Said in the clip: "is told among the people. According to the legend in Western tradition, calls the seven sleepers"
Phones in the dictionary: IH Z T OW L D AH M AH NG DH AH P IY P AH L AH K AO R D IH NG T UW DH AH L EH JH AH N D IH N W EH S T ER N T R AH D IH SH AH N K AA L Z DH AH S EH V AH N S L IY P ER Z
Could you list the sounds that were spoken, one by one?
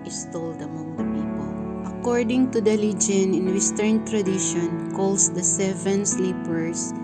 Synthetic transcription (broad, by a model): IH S T OW L D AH M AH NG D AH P IY P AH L AH K AO R D IH NG T UW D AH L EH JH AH N IH N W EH S T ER N T R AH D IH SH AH N K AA L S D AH S EH V AH N S L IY P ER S